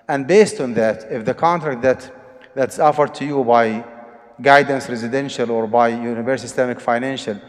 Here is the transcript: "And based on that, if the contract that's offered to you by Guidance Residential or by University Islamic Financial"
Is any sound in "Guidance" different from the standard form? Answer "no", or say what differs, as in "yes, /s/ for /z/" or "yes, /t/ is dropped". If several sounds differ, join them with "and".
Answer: no